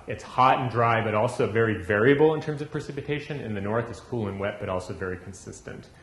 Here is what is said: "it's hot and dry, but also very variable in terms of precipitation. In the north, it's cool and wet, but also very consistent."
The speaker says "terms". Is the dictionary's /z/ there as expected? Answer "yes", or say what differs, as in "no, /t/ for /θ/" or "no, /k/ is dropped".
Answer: yes